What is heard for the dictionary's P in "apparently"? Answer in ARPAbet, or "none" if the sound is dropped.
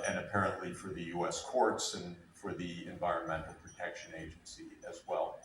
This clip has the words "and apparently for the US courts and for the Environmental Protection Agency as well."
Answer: P